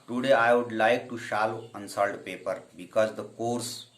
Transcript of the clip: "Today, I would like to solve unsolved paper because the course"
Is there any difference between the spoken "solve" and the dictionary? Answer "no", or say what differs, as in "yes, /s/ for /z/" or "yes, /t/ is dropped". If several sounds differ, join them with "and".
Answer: yes, /ʃ/ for /s/